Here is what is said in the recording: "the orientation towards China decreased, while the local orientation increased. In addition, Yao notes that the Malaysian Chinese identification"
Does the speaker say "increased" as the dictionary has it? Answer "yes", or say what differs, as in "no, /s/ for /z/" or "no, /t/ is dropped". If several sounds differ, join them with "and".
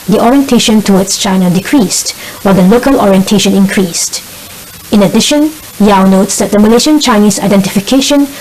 yes